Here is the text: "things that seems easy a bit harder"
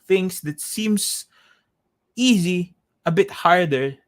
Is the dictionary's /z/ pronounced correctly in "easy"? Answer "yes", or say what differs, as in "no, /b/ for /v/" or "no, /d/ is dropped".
yes